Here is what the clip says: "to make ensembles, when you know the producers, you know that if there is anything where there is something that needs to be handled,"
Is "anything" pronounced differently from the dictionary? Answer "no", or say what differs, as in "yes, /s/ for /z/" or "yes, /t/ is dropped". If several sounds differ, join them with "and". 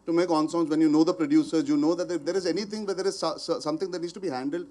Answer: yes, /t/ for /θ/